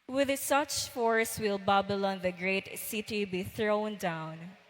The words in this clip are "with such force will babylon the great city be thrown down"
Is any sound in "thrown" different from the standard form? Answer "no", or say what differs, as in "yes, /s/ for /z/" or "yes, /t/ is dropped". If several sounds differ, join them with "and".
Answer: no